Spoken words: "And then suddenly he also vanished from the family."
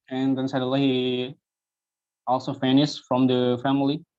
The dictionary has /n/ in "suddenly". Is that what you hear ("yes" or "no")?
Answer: no